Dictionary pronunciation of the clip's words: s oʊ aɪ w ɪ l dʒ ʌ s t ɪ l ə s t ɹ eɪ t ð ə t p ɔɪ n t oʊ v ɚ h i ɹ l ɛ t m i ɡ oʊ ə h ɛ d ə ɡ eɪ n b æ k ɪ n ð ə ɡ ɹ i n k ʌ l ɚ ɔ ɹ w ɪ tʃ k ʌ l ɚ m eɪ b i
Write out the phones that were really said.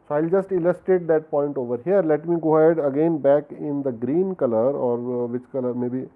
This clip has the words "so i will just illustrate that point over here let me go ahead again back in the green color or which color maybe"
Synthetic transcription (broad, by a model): s oʊ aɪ ɪ l dʒ ʌ s t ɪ l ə s t eɪ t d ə t p ɔɪ n t oʊ v ɚ h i ɹ l ɛ t m i ɡ oʊ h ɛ d ə ɡ eɪ n b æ k ɪ n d ə ɡ ɹ i n k ʌ l ɚ ɔ ɹ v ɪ tʃ k ʌ l ɚ m eɪ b i